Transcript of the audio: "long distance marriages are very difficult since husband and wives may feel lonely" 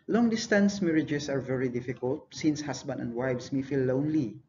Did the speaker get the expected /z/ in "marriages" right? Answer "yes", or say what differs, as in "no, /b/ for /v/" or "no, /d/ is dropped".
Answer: no, /s/ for /z/